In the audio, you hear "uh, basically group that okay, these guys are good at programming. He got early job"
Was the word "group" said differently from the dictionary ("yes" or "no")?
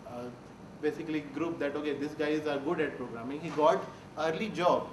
no